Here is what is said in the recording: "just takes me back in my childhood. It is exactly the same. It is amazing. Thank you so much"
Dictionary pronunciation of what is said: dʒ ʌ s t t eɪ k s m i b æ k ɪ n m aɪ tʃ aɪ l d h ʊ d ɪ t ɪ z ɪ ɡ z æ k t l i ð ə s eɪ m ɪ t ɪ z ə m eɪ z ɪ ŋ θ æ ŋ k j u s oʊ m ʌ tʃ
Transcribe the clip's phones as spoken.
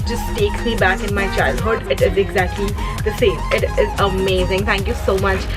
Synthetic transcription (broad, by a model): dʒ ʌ s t t eɪ k s m i b æ k ɪ n m aɪ tʃ aɪ l d h ʊ d ɪ t ɪ z ɪ ɡ z æ k t l i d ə s eɪ m ɪ t ɪ z ə m eɪ z ɪ ŋ t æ ŋ k j u s oʊ m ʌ tʃ